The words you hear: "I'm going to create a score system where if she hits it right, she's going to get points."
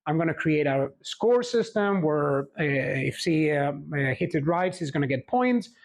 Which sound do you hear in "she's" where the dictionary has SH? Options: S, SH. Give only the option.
S